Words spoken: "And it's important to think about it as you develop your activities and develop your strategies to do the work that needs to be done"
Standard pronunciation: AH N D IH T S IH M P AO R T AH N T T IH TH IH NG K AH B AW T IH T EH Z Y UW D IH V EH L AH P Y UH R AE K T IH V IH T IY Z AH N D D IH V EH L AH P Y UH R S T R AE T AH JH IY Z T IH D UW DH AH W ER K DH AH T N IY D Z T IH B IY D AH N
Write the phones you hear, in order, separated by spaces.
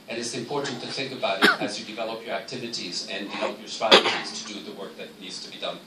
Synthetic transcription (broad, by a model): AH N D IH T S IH M P AO R T N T T IH TH IH NG K AH B AW T IH T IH Z Y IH D IH V EH L AH P Y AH R AE K T IH V IH T IY Z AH N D D IH V EH L AH P Y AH R S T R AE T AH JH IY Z T IH D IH DH AH W ER K DH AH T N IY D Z T IH B IY D AH N